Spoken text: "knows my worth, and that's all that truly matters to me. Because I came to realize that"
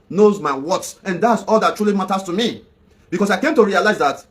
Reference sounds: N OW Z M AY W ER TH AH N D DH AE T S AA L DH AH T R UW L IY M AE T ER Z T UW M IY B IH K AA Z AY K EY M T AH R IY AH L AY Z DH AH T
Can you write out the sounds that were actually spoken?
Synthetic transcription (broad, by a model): N OW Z M AY W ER S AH N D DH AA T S AA L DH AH T R UW L IY M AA T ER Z T UW M IY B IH K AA S AY K EY M T AH R IY AH L AY Z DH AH T